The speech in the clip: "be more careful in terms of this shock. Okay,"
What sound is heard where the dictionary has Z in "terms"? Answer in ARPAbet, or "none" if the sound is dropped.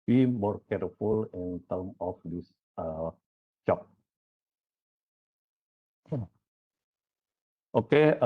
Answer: none